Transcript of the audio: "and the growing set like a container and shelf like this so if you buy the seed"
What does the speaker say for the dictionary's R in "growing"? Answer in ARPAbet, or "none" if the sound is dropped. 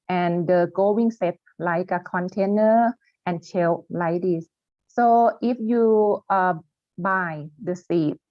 none